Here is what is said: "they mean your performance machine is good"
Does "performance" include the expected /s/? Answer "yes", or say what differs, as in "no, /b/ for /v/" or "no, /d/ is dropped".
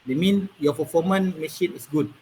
no, /s/ is dropped